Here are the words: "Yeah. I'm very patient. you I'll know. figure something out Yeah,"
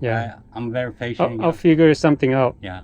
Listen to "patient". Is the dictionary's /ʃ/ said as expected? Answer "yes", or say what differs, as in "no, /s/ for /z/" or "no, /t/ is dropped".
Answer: no, /ʃ/ is dropped